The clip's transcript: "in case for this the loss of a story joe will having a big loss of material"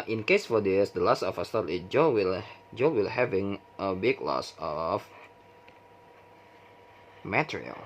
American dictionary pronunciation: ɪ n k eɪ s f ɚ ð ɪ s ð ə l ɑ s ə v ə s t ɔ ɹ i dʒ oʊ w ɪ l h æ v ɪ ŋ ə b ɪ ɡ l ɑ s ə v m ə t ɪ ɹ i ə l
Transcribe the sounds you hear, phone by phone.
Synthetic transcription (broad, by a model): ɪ n k eɪ s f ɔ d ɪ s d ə l ɑ s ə f ə s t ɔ l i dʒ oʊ w ɪ l h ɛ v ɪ ŋ ə b ɪ ɡ l ɑ s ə f m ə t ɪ ɹ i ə l